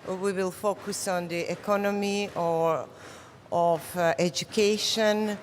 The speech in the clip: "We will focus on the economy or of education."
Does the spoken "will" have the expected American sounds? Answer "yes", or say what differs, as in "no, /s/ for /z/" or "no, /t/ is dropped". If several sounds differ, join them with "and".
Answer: yes